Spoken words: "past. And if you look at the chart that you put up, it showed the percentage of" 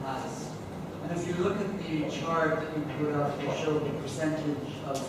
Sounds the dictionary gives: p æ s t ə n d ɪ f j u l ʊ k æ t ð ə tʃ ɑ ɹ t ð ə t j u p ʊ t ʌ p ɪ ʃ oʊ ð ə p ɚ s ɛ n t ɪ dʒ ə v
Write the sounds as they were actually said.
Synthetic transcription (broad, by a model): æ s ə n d ɪ f j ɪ l ʊ k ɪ t ð ə tʃ ɑ ɹ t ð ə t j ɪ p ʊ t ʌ f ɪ ʃ oʊ ð ə p ɚ s ɛ n t ɪ dʒ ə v